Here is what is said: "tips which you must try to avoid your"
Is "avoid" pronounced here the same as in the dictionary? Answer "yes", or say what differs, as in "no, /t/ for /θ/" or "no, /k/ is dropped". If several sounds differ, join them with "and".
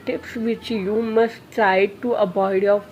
no, /b/ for /v/